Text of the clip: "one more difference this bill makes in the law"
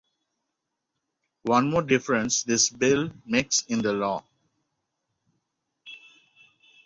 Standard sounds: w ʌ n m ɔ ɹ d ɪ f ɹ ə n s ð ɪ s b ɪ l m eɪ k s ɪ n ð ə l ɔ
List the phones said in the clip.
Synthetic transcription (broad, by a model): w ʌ n m ɔ ɹ d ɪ f ɹ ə n s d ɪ s b ɪ l m eɪ k s ɪ n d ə l ɔ